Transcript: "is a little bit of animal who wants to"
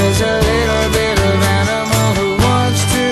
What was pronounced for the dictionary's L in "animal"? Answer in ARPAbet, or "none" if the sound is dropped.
N